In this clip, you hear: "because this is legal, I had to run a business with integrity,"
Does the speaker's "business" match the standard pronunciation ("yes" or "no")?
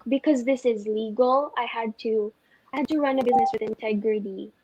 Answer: yes